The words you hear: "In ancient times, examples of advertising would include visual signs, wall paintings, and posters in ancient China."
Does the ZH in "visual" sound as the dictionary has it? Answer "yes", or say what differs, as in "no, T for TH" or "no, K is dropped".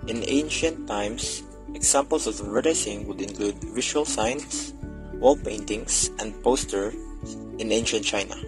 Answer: no, SH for ZH